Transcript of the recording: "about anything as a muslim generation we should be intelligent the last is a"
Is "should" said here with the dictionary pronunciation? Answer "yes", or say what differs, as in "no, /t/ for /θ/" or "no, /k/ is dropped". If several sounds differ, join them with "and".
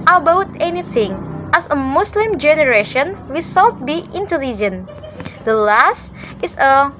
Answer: no, /s/ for /ʃ/